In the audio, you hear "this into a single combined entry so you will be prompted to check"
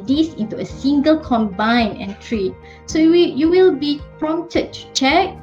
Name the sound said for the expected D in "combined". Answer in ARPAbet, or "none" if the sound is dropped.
none